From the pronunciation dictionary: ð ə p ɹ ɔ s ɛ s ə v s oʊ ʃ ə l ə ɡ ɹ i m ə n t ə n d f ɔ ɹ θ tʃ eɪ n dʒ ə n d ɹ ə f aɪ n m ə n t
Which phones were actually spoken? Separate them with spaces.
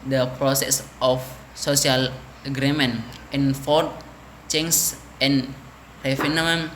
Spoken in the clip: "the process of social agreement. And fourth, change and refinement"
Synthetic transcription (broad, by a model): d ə p ɹ ɔ s ɛ s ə f s oʊ s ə l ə ɡ ɹ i m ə n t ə n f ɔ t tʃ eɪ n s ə n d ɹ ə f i n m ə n